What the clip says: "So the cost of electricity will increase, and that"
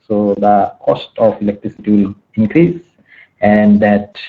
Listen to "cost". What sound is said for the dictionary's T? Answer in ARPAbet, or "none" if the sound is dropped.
T